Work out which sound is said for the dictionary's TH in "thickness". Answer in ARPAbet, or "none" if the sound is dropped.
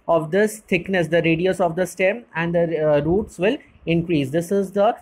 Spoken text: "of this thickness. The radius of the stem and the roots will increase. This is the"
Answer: T